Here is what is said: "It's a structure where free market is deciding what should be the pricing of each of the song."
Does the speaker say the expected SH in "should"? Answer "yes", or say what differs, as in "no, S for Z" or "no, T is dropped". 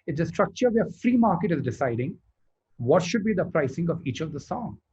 yes